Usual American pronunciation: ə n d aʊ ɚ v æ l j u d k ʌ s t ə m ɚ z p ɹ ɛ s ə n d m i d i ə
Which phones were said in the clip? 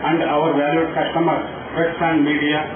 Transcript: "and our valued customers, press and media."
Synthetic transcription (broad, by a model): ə n d aʊ ɚ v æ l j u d k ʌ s t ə m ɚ p ɹ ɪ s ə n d m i d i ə